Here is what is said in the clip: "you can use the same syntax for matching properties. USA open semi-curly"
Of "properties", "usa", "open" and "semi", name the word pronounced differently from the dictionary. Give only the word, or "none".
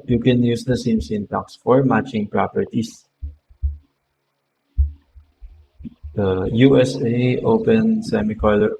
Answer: properties